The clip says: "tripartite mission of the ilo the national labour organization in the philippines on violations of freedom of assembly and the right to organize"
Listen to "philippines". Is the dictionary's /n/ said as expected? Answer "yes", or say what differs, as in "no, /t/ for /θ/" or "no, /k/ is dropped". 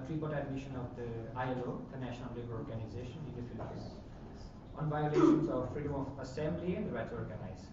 no, /n/ is dropped